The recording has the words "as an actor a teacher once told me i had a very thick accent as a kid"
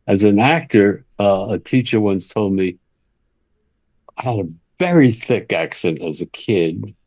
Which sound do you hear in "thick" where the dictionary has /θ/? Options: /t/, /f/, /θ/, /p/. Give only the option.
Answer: /θ/